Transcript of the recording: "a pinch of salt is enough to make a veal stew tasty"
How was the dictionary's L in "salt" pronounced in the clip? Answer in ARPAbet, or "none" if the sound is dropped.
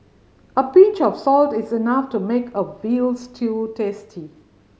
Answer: L